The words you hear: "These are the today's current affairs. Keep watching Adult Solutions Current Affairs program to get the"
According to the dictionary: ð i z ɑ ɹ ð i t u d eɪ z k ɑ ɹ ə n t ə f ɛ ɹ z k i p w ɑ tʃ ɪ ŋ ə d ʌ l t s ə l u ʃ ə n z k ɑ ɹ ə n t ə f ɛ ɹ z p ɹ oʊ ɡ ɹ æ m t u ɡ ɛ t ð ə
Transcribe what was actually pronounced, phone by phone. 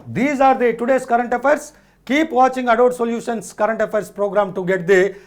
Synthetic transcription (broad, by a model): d i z ɑ ɹ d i t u d eɪ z k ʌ ɹ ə n t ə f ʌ ɹ s k i p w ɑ tʃ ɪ ŋ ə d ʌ t s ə l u ʃ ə n s k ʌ ɹ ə n t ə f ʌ ɹ s p ɹ oʊ ɡ ɹ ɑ m t u ɡ ɛ t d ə